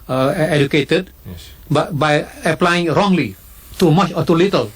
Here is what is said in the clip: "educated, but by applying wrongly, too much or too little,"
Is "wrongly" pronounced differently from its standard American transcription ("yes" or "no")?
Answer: no